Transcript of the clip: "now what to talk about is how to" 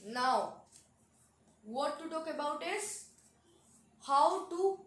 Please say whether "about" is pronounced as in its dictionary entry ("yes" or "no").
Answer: yes